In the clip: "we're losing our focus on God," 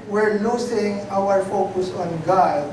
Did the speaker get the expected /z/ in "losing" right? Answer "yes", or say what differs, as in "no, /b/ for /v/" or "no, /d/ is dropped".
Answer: no, /s/ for /z/